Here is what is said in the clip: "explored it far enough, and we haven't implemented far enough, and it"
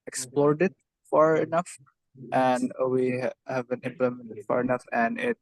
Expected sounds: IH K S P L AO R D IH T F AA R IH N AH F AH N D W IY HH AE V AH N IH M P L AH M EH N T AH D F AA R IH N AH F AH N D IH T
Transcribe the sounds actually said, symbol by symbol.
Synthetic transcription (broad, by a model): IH K S P L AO R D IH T F AA R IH N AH F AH N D W IY HH AE V AH N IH M P L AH M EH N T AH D F AA R IH N AH F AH N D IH T